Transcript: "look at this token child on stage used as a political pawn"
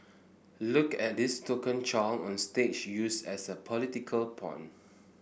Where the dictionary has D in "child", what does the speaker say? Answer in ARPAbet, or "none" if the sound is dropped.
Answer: none